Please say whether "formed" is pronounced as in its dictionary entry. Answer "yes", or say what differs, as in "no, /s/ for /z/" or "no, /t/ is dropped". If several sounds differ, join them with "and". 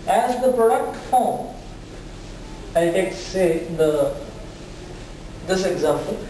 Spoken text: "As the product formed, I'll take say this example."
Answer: no, /d/ is dropped